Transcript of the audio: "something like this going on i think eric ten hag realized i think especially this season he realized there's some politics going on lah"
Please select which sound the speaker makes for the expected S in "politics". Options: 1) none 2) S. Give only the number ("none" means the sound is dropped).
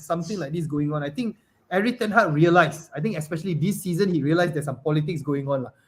2